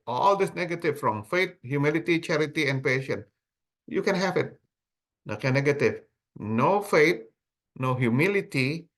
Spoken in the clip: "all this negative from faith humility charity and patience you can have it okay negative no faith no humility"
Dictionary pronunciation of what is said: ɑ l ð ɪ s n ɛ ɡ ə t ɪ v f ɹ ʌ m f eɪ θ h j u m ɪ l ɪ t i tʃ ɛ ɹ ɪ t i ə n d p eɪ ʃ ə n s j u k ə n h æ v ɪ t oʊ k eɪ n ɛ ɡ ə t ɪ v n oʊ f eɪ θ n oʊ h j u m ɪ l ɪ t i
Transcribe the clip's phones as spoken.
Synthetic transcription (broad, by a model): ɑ l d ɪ s n ɛ ɡ ə t ɪ v f ɹ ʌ m f eɪ t h j u m ɪ l ɪ t i tʃ ɛ ɹ ɪ t i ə n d p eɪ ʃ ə n j u k ə n h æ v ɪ t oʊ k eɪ n ɛ ɡ ə t ɪ v n oʊ f eɪ t n oʊ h j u m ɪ l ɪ t i